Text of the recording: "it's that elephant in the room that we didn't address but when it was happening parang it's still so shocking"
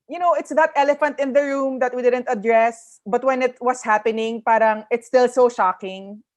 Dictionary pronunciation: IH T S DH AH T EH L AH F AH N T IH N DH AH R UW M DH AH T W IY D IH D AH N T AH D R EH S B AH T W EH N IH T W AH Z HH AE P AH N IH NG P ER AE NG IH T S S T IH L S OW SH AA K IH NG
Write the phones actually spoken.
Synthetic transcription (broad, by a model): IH T S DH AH T EH L AH F AH N T IH N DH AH R UW M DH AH T W IY D IH D AH N T AH D R EH S B AH T W EH N IH T W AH S HH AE P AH N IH NG P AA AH NG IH T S S T IH L S OW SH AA K IH NG